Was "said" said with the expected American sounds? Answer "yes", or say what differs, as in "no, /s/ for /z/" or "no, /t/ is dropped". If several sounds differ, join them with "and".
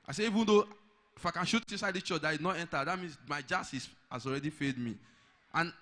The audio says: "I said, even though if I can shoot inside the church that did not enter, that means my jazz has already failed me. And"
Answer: no, /d/ is dropped